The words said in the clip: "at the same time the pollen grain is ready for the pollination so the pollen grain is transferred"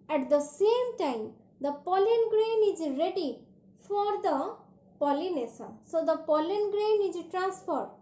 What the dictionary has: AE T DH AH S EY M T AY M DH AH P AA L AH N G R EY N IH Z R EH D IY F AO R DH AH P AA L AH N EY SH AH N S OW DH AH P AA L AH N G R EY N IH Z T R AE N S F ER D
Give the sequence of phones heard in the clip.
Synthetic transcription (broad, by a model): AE T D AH S EY M T AY M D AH P AA L AH N G R EY N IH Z R EH D IY F AO R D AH P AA L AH N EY S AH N S OW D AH P AA L AH N G R EY N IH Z T R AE N S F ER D